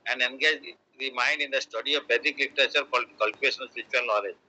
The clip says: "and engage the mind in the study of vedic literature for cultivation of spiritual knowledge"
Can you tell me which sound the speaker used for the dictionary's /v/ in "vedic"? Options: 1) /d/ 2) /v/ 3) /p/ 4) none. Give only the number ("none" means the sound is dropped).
3